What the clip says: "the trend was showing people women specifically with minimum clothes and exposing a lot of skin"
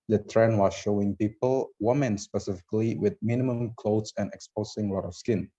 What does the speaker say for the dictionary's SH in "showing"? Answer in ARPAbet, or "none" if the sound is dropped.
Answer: SH